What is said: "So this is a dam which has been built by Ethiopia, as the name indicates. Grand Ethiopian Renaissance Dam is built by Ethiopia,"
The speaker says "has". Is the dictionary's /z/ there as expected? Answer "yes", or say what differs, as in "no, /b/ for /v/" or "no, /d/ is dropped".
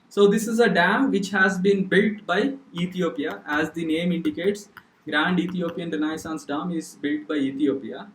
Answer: yes